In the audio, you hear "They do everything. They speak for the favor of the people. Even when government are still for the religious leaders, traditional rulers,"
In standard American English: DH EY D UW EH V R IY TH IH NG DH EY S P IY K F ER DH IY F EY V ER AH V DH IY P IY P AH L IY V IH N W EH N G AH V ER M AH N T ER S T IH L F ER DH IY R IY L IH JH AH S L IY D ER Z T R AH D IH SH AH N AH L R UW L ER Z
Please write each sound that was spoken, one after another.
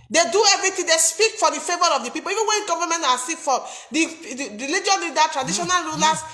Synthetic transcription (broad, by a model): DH EY D UW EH V R IY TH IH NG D EY S P IY K F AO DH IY F EY V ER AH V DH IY P IY P AH L IY V IH N W EH N G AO V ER M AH N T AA S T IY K F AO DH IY R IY L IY JH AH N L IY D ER T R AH D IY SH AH N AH L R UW L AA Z